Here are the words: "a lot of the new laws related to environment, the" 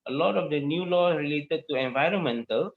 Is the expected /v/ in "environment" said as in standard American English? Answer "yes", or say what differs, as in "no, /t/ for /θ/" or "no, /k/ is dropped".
yes